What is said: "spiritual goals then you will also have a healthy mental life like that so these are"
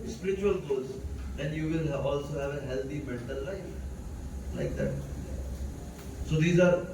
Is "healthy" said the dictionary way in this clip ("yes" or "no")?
no